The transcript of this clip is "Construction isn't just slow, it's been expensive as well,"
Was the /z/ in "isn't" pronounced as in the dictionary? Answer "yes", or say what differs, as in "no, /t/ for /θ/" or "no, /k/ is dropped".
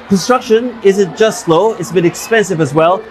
yes